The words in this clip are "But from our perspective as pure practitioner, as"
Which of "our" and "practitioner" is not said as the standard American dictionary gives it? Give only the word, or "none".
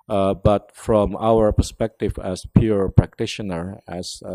none